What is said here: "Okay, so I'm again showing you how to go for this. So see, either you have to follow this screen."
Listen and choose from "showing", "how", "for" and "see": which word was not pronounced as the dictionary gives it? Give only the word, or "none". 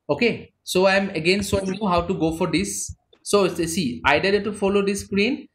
showing